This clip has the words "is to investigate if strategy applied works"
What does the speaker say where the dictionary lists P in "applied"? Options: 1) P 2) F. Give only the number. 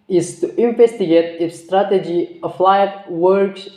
2